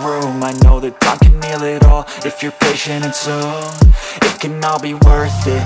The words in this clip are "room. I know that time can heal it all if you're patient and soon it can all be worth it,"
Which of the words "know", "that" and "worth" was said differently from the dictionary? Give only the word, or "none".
none